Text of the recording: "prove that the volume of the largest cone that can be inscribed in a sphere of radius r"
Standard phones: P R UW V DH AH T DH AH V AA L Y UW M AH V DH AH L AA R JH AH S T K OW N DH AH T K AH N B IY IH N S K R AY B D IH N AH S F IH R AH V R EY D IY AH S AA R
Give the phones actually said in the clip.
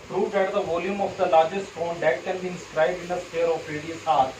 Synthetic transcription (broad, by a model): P R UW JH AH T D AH V AA L Y UW M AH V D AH L AA R JH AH S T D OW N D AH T K AH N B IY IH N S K R AY B D IH N AH S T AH R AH P R EY D IY AH S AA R